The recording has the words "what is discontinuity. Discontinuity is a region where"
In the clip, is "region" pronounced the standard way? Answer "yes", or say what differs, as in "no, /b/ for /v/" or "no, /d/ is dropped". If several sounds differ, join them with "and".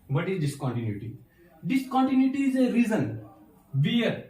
no, /z/ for /dʒ/